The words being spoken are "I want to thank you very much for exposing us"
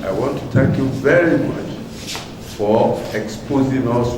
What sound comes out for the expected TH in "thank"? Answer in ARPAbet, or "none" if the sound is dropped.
T